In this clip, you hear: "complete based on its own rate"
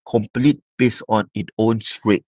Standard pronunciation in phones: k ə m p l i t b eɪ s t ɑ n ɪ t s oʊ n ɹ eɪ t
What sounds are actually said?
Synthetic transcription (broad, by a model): k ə m p l i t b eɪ s ɑ n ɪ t oʊ n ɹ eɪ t